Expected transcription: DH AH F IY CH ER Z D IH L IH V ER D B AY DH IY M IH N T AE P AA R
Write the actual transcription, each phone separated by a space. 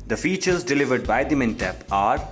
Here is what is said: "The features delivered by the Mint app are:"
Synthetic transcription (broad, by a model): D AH F IY CH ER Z D IH L IH V ER D B AY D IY M IH N T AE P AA R